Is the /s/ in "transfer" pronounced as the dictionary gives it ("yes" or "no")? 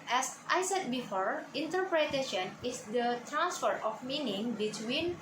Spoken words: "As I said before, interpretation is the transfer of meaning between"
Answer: yes